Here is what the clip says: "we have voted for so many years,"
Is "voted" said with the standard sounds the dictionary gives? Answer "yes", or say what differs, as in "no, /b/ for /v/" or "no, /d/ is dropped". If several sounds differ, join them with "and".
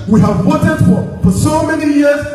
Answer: no, /w/ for /v/